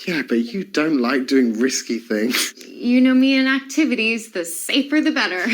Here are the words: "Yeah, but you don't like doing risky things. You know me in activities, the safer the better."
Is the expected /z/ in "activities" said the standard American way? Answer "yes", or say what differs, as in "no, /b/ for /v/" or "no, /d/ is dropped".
yes